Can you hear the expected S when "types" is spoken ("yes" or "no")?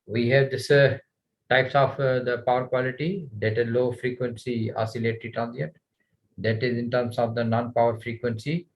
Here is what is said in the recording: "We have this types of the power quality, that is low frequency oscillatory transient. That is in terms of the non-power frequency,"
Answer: yes